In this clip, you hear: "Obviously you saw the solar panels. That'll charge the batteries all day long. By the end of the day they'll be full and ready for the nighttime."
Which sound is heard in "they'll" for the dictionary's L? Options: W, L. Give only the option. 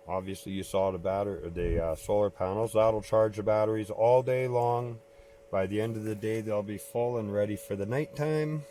L